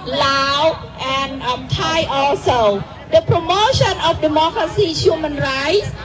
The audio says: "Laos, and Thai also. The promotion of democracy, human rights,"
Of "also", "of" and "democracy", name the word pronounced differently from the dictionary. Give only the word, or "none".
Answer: of